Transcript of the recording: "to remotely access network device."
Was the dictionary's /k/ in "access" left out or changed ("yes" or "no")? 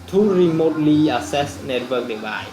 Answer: yes